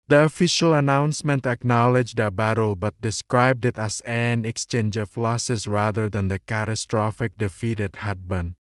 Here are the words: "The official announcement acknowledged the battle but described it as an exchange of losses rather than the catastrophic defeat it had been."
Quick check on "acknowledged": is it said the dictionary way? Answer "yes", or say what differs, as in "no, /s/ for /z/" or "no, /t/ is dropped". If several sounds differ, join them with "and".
yes